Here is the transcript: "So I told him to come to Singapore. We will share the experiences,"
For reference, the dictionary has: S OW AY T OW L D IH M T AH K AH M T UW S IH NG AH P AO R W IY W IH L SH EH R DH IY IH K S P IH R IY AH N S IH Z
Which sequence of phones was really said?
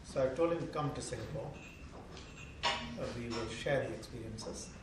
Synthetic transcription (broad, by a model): S OW AY T OW L D IH M K AH M T UW S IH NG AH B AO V IY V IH L SH EH R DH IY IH K S P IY R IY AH N S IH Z